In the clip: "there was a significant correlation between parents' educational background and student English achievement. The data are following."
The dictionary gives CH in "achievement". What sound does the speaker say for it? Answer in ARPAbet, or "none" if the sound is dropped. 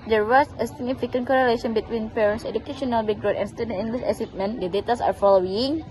S